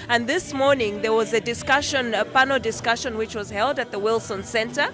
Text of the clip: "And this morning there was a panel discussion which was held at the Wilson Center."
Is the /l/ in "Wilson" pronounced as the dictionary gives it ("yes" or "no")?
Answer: yes